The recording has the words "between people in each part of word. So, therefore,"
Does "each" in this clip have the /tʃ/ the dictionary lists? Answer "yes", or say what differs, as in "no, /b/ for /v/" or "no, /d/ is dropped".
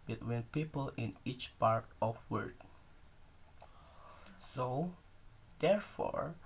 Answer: yes